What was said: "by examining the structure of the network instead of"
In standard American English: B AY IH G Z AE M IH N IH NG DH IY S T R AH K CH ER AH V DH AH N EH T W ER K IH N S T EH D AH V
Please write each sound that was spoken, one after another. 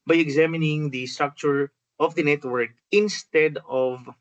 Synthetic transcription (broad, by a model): B AY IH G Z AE M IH N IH NG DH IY S T R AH K CH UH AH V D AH N EH T W ER K IH N S T EH D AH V